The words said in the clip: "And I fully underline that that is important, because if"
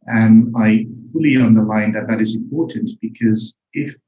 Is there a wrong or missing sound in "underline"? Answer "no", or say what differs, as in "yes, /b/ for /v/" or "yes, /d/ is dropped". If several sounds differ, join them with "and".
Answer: no